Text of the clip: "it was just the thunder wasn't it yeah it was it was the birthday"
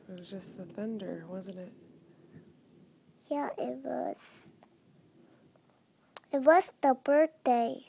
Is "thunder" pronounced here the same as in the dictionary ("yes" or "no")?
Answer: yes